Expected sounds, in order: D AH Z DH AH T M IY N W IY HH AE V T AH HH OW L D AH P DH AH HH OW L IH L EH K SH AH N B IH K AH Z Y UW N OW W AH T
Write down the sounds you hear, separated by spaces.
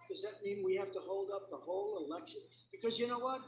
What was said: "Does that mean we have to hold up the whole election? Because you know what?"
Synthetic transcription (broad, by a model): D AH Z DH AH T M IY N W IY HH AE F T AH HH OW L D AH P DH AH HH OW L IH L EH K SH AH N B IH K AH Z Y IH N OW W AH T